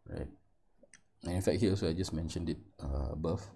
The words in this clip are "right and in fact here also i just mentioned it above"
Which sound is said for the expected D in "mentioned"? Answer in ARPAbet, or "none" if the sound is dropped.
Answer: D